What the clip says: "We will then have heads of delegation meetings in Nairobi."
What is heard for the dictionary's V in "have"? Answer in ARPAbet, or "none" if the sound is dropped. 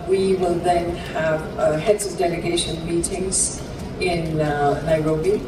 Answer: V